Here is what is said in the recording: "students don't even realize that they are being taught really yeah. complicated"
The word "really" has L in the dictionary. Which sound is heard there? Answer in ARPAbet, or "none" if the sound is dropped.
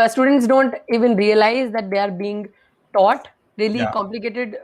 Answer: none